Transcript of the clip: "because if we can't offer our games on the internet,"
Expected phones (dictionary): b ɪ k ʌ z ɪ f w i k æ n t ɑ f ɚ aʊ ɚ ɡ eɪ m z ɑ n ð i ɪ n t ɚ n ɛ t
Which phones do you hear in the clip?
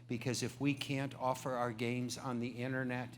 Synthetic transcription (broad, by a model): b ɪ k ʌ z ɪ f w i k æ n t ɑ f ɚ aʊ ɚ ɡ eɪ m z n ð i ɪ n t ɚ n ɛ t